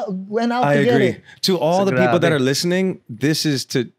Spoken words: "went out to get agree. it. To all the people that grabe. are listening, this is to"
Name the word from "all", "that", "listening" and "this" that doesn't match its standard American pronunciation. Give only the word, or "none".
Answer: none